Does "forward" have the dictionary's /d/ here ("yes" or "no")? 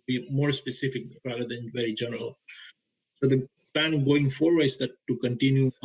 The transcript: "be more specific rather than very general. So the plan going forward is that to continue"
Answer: no